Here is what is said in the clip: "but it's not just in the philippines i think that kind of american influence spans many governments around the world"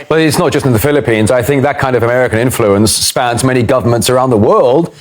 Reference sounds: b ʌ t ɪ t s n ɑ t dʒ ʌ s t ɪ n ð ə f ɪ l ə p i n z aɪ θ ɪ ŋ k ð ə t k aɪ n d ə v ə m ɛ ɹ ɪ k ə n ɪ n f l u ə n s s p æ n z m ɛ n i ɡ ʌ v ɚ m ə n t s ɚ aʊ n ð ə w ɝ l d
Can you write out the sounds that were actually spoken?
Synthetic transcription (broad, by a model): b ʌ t ɪ t s n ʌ t dʒ ʌ s t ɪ n ð ə f ɪ l ə p i n z aɪ θ ɪ ŋ k ð ə t k aɪ n d ə v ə m ɛ ɹ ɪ k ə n ɪ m f l u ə n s s p æ n z m ɛ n i ɡ ʌ v ɚ m ə n t s ɚ aʊ n ð ə w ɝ l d